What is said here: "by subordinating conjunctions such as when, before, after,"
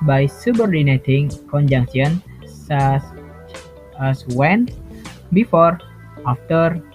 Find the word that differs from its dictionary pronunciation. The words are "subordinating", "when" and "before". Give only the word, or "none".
none